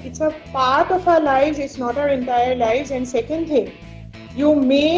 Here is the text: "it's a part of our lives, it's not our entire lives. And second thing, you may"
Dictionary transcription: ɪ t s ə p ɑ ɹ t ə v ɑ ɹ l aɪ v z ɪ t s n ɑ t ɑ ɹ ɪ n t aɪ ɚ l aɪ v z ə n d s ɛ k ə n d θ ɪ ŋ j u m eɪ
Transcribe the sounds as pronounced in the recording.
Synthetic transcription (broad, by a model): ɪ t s ə p ɑ ɹ t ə f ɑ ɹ l aɪ v z ɪ t s n ɑ t ɑ ɹ ɪ n t aɪ ɚ l aɪ v z ə n d s ɛ k ə n d t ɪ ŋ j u m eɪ